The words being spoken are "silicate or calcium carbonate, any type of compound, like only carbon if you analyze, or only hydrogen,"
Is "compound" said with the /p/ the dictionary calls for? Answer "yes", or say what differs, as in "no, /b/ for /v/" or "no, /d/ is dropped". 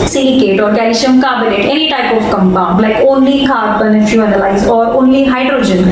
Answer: no, /b/ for /p/